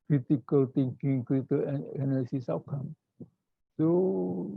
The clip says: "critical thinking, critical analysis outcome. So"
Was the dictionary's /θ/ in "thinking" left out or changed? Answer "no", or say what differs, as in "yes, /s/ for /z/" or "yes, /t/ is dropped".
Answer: yes, /t/ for /θ/